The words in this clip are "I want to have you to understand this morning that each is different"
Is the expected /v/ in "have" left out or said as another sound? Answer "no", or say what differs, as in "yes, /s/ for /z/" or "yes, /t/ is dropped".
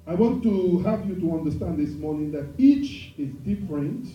yes, /p/ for /v/